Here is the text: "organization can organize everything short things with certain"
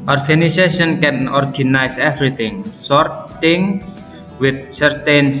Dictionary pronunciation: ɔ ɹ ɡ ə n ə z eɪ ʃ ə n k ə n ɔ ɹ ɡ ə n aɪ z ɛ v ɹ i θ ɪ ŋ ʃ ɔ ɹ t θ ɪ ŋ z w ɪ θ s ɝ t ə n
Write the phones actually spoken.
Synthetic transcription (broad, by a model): ɔ ɹ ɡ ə n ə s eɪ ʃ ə n k ə n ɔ ɹ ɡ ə n aɪ s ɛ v ɹ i t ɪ ŋ s ɔ ɹ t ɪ ŋ s w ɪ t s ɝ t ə n